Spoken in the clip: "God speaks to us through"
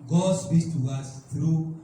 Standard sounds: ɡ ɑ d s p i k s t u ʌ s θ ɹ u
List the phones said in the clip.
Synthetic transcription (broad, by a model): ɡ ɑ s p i s t u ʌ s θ ɹ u